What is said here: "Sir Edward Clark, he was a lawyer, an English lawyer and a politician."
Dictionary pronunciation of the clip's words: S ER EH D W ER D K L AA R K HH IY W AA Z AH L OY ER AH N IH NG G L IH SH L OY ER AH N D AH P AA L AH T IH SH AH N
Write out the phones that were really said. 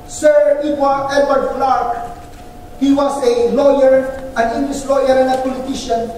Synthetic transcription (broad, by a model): S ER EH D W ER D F L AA R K HH IY W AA S AH L OY ER AH N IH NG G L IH S L OY ER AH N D AH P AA L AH T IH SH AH N